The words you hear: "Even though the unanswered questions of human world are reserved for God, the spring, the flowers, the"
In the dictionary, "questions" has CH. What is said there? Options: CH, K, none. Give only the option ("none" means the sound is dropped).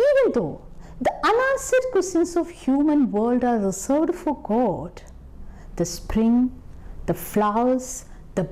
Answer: none